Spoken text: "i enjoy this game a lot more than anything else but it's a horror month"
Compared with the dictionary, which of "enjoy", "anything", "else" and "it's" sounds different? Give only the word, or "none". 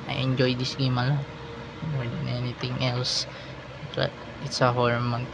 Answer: anything